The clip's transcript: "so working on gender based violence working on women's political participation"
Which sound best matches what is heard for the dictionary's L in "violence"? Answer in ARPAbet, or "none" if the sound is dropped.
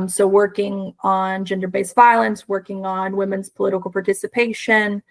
L